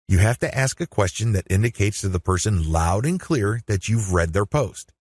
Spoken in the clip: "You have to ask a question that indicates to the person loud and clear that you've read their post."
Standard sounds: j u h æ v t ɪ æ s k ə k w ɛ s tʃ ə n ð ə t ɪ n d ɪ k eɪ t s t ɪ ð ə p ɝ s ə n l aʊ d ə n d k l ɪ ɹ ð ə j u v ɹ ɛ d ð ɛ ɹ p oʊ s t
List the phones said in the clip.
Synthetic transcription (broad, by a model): j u h æ f t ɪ æ s k ə k w ɛ s tʃ ə n ð ə t ɪ n d ɪ k eɪ t s t ɪ ð ə p ɝ s ə n l aʊ d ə n k l ɪ ɹ ð ə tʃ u v ɹ ɛ d ð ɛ ɹ p oʊ s t